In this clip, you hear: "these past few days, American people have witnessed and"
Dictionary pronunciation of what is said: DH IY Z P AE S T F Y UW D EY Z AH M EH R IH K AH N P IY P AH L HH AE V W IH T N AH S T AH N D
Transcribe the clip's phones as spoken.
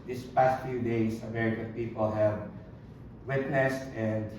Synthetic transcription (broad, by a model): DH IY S P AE S T F Y UW D EY S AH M EH R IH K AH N P IY P AH L HH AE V W IH T N AH S T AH N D